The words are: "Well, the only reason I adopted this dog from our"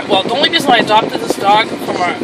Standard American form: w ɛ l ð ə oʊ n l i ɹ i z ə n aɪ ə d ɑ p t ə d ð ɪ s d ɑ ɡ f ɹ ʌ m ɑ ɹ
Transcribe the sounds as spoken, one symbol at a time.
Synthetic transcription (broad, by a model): w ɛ l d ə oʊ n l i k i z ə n aɪ ə d ɑ p t ə d ð ɪ s d ɑ ɡ f ɹ ʌ m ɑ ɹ